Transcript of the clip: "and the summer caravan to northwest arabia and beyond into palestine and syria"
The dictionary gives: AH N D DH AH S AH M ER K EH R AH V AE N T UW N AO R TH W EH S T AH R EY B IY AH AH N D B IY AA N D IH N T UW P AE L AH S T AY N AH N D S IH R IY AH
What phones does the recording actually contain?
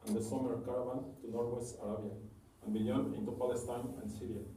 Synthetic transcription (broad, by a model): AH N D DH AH S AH M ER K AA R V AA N T UW N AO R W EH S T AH R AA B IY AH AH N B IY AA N IH N T UW P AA L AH S T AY N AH N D S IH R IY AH